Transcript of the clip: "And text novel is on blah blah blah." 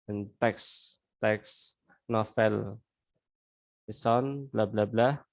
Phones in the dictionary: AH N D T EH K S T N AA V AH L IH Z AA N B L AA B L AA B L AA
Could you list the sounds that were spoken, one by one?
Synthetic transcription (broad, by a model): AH N T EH K S T N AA F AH L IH S AA N B L AA B L AA B L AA